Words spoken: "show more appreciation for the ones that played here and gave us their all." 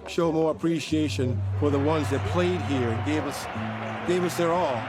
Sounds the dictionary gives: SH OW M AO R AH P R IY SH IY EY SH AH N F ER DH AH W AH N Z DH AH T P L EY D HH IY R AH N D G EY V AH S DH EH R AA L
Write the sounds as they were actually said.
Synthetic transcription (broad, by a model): SH OW M AO R AH P R IY SH IY EY SH AH N F ER DH AH W AH N Z DH AH T P L EY D HH IY R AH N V G EY V AH S DH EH R AA L